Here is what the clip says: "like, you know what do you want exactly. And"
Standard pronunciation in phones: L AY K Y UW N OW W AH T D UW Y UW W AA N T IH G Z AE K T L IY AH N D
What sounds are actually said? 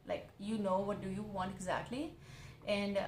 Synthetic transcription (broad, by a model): L AY K Y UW N OW W AH T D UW Y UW W AA N T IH G Z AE K T L IY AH N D